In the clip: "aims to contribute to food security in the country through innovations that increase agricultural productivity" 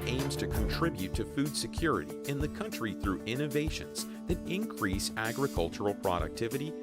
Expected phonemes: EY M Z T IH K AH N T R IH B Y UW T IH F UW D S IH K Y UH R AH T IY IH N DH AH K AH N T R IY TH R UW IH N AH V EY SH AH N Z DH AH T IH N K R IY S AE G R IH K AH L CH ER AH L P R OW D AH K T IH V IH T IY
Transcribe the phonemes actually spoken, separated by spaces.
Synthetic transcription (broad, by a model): EY M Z T IH K AH N T R IH B Y UW T IH F UW D S IH K Y UH R AH T IY IH N DH AH K AH N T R IY TH R UW IH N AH V EY SH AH N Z DH AH T IH N K R IY S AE G R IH K AH L CH ER L P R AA D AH K T IH V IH T IY